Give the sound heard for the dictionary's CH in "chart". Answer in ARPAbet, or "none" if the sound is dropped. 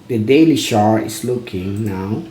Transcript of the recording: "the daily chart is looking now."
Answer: SH